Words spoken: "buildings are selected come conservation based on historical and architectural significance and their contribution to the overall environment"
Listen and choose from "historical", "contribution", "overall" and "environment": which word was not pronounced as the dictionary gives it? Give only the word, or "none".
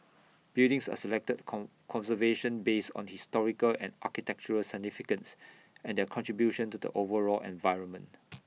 none